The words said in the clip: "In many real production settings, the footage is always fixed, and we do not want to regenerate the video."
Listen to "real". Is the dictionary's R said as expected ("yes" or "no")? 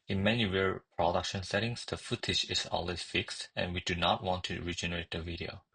no